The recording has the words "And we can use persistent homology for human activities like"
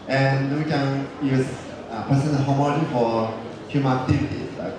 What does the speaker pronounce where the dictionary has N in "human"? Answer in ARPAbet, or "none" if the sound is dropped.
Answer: none